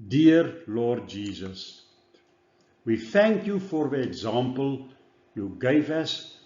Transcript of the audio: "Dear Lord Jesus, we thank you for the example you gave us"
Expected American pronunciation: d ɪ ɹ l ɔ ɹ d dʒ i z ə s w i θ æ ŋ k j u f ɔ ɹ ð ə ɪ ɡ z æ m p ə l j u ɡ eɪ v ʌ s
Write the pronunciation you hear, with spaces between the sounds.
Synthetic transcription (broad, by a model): d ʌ ɹ l ɔ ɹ d dʒ i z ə s w i θ æ ŋ k j u f ɔ ɹ ð ə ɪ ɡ z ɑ m p ə l j u ɡ eɪ v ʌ s